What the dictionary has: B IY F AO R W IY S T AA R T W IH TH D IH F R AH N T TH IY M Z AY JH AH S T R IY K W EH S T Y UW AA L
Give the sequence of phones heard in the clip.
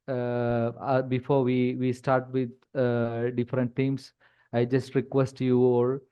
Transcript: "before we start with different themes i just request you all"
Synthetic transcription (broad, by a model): B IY F AO R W IY S T AA R T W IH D D IH F R AH N T T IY M S AY JH AH S T R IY K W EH S T Y UW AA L